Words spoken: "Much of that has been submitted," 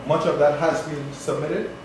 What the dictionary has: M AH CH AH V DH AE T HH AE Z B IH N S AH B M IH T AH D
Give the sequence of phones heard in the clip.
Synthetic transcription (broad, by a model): M AH CH AH V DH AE T HH AE Z B IH N S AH B M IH T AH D